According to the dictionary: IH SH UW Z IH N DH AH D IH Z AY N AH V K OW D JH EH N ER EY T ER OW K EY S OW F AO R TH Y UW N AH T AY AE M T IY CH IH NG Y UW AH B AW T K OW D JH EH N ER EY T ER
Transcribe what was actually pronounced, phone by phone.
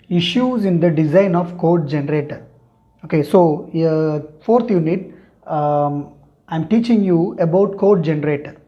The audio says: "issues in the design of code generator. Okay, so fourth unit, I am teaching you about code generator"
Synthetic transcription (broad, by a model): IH SH UW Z IH N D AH D IH Z AY N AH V K OW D JH EH N ER EY T ER OW K EY S OW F AO R T Y UW N AH T AY M T IY CH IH NG Y UW AH B AW T K OW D JH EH N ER EY T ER